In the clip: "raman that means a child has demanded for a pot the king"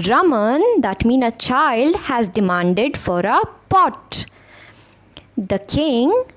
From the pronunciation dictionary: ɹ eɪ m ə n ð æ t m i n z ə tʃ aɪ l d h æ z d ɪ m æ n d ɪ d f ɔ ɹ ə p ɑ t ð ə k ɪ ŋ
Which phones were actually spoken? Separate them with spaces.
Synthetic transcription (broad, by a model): ɹ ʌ m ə n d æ t m i n ə tʃ aɪ l d h æ z d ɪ m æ n d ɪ d f ɔ ɹ ə p ɑ t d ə k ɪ ŋ